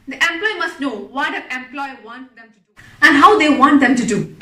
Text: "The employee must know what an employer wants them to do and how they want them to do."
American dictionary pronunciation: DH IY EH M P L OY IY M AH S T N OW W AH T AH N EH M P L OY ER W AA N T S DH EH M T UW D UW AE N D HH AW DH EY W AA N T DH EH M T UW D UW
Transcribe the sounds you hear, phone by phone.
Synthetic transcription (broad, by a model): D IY EH M P L OY IY M AH S T N OW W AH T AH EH M P L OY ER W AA N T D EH M T UW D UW AE N D HH AW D EY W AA N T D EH M T UW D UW